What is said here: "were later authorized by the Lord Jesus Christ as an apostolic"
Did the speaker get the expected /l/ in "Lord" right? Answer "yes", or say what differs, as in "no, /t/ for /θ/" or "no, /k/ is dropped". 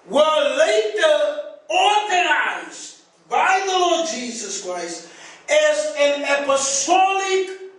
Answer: yes